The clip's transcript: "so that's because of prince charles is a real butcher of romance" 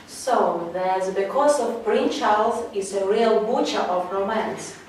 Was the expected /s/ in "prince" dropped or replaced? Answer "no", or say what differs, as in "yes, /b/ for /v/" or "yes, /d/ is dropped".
yes, /s/ is dropped